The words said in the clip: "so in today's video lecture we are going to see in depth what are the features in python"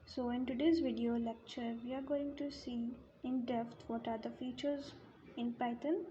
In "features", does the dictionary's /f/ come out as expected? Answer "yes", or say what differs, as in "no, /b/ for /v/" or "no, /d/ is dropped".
yes